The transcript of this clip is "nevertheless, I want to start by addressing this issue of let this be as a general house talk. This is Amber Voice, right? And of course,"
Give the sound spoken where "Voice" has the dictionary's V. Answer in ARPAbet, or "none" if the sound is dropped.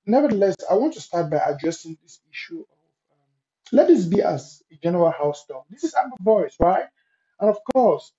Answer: B